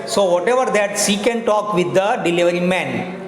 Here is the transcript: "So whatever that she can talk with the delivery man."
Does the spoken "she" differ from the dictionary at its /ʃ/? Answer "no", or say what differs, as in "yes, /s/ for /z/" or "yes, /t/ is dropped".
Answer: yes, /s/ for /ʃ/